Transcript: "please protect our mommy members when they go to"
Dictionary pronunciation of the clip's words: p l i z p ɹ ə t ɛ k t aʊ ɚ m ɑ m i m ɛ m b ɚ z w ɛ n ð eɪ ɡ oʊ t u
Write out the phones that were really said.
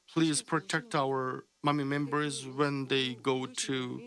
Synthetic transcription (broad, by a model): p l i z p ɹ ə t ɛ k t aʊ ɚ m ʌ m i m ɛ m b ɚ z w ɛ n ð eɪ ɡ oʊ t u